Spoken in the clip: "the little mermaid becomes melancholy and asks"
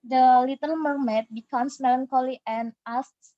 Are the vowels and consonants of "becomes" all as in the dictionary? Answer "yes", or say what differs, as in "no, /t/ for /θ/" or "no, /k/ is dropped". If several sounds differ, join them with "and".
no, /s/ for /z/